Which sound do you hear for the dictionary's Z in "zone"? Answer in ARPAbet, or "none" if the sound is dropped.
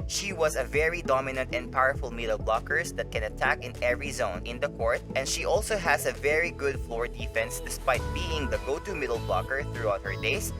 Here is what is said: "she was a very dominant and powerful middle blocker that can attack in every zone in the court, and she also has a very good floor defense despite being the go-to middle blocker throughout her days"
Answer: Z